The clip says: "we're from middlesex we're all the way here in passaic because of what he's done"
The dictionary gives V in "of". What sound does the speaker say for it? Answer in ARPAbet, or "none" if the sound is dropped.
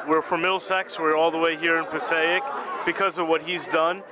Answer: V